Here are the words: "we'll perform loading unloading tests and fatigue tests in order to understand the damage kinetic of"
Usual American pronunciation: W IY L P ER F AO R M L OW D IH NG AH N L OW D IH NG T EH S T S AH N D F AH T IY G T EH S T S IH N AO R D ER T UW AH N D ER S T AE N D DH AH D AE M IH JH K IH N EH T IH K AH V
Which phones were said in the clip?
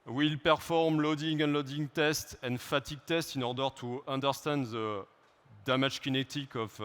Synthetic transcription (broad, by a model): W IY L P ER F AO R M L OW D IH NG AH N L OW D IH NG T EH S T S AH N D F AH T IY G T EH S T IH N AO R D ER T UW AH N D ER S T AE N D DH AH D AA M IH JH K IH N EH T IH K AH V